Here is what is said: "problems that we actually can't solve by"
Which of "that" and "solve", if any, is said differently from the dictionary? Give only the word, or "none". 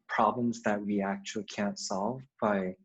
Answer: none